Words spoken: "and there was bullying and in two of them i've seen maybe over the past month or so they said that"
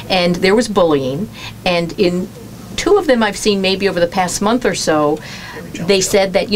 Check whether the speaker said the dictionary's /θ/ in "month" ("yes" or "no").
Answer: yes